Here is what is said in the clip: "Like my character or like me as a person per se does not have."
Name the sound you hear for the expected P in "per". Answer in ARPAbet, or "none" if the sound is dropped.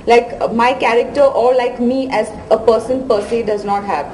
P